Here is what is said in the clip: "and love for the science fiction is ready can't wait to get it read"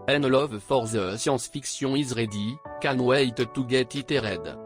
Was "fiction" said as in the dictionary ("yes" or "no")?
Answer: no